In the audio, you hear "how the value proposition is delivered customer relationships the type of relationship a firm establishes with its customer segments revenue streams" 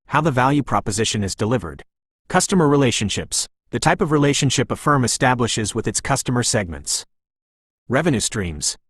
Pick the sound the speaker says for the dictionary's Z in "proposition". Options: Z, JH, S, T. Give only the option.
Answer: Z